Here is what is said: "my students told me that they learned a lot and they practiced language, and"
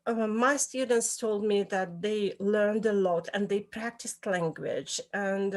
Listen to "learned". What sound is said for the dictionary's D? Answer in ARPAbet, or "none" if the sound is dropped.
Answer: D